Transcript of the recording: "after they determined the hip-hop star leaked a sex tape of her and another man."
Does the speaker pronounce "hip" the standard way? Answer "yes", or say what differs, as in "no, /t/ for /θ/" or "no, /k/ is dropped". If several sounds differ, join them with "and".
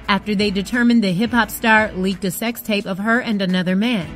yes